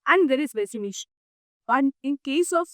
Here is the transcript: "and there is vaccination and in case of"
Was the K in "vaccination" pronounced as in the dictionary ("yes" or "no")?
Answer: no